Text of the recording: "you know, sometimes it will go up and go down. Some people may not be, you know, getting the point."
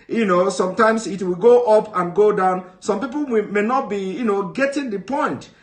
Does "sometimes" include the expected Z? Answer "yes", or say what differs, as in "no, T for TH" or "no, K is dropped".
no, S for Z